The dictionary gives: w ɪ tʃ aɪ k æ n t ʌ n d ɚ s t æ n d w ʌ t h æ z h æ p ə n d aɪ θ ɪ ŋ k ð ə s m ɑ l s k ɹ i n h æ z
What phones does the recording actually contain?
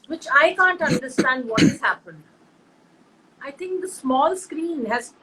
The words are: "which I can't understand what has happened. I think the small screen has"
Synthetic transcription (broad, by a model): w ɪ tʃ aɪ k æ n t ʌ n d ɚ s t æ n d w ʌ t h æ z h æ p ə n d aɪ t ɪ ŋ k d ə s m ɑ l s k ɹ i n h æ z